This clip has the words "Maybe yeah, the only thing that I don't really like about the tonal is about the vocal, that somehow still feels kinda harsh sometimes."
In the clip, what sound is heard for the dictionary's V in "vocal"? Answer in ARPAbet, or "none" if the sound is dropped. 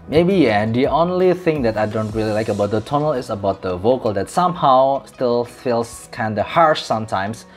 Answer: V